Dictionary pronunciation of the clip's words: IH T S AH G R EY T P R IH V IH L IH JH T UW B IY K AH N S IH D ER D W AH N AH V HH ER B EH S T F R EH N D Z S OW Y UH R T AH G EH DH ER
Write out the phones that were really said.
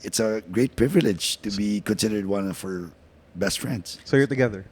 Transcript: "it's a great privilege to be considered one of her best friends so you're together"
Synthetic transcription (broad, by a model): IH T S AH G R EY T P R IH V IH L IH JH T UW B IY K AH N S IH D ER D W AH N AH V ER B EH S T F R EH N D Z S OW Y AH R T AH G EH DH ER